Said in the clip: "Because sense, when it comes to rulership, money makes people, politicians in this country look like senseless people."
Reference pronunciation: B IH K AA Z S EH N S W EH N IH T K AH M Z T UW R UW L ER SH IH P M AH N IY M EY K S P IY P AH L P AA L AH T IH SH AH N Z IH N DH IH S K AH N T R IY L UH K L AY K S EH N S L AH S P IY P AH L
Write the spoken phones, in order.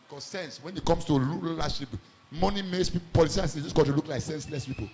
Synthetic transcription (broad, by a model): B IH K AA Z S EH N S W EH N IH T K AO M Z T UW L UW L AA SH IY P M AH N IY M EY K S P IY P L P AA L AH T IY AH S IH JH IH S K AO T IY L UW K L AY K S EH N S L AH S P IY P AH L